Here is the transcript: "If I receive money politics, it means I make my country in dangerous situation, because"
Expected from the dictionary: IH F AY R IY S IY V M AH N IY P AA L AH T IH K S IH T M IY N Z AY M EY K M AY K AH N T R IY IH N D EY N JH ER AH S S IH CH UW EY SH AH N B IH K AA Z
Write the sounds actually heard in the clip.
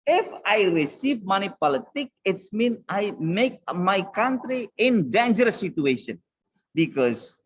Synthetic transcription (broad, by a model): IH F AY R IY S IY V M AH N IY P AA L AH T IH K IH T M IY N AY M EY K M AY K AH N T R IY IH N D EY N JH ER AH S S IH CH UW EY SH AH N B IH K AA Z